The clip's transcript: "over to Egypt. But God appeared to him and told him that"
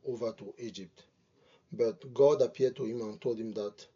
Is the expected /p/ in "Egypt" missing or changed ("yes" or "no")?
no